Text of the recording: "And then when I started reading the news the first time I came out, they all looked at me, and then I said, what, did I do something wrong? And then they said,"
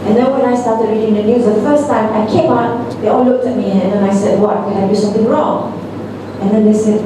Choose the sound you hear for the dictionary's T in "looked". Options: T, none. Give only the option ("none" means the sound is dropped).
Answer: T